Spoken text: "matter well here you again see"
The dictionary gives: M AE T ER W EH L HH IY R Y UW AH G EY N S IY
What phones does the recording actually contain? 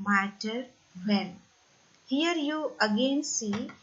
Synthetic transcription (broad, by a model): M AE T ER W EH N HH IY R Y UW AH G EY N S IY